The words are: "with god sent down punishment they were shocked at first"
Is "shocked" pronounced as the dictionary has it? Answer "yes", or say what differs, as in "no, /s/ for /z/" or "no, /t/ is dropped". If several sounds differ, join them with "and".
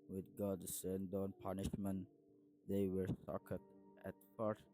no, /s/ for /ʃ/